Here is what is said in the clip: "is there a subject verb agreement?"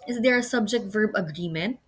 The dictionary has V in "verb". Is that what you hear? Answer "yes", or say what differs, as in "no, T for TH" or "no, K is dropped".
yes